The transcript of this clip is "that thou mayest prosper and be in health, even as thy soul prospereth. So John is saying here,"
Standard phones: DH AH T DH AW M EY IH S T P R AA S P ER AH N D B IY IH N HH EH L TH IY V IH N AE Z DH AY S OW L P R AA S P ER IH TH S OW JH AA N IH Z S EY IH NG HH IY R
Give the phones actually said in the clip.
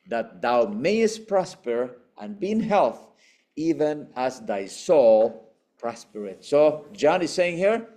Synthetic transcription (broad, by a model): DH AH T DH AW M EY IH S T P R AA S P ER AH N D B IY IH N HH EH L TH IY V IH N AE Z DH AY S OW L P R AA S P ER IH T S OW JH AA N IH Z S EY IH NG HH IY R